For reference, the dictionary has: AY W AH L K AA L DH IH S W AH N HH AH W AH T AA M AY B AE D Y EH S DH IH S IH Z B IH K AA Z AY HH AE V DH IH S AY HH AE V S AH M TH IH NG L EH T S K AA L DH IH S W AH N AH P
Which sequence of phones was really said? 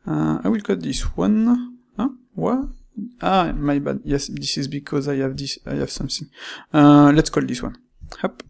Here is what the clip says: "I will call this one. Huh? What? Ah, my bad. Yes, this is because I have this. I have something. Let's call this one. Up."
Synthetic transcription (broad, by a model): AY W AH L K AA L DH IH S W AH N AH W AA AA M AY B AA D Y EH S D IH S IH Z B IH K AA Z AY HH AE V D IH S AY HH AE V S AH M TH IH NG L EH T S K AA L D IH S W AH N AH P